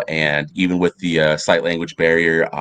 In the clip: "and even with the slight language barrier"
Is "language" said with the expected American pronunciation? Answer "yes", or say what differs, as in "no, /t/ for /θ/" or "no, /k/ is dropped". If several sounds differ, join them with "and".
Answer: yes